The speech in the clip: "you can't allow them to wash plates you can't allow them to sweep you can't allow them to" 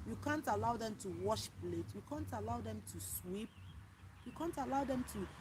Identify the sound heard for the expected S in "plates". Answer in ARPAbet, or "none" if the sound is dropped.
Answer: none